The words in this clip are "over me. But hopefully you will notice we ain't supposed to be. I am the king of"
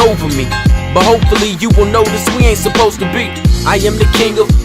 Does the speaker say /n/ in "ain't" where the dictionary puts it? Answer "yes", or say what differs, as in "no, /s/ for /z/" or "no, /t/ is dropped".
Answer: yes